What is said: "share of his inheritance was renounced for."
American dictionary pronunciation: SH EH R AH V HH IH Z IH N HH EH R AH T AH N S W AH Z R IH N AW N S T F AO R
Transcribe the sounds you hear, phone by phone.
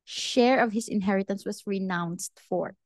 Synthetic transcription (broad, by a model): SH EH R AH V HH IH S IH N HH EH R AH T AH N S W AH S R IH N AW N S T F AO R